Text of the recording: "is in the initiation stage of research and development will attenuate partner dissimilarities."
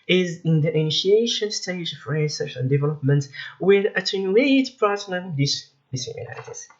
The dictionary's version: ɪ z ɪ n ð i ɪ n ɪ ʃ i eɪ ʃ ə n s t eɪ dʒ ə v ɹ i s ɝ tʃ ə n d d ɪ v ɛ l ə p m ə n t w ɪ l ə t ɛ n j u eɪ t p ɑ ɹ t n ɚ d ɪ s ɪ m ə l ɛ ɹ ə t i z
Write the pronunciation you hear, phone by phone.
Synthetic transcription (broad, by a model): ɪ z ɪ n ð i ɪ n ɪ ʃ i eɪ ʃ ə n s t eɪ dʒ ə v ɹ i s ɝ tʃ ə n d d ɪ v ɛ l ə p m ə n t w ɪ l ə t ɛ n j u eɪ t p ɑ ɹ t l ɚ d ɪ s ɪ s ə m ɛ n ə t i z